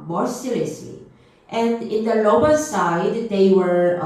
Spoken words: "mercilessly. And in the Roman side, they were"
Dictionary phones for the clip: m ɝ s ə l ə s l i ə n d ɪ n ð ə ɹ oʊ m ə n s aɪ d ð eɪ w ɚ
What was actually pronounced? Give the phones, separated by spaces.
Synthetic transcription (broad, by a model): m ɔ s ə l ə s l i ə n d ɪ n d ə l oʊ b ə l s aɪ d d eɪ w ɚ